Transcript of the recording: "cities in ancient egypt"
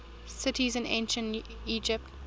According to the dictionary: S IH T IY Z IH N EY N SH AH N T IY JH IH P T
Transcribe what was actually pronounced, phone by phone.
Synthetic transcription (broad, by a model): S IH T IY Z IH N EY N SH AH N T IY JH IH P T